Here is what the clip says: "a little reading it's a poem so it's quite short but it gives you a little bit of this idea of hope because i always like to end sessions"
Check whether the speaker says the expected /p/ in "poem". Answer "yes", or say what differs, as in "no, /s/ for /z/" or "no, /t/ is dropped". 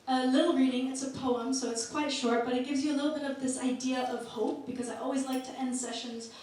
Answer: yes